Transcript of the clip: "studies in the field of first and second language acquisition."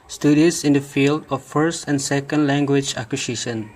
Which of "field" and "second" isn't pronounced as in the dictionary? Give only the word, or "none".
none